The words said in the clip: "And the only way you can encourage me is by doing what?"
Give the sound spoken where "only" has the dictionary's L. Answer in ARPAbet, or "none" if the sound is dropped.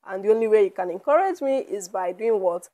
L